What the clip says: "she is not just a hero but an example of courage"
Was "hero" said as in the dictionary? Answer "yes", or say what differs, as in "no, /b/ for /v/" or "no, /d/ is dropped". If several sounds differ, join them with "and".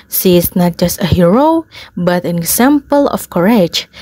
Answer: yes